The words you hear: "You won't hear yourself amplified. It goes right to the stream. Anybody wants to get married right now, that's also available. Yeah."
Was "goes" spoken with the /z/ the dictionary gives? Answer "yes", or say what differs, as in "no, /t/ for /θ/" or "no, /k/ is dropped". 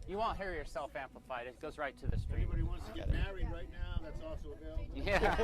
yes